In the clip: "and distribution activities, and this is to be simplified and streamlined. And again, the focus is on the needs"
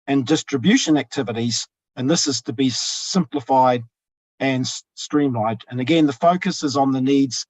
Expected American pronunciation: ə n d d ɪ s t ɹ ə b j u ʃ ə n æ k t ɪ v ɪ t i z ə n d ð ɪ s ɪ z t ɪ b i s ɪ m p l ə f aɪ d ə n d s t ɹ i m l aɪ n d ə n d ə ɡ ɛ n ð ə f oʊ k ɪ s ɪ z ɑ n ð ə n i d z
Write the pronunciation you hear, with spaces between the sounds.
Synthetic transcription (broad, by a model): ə n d d ɪ s t ɹ ə b j u ʃ ə n æ k t ɪ v ɪ t i z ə n ð ɪ s ɪ z t ɪ b i s ɪ m p l ə f aɪ d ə n s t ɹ i m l aɪ d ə n ə ɡ ɛ n ð ə f oʊ k ɪ s ɪ z n ð ə n i d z